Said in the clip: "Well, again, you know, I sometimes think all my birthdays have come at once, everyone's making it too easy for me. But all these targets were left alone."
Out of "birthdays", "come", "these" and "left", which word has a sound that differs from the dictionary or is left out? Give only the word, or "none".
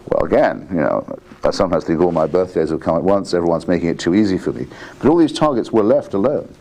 none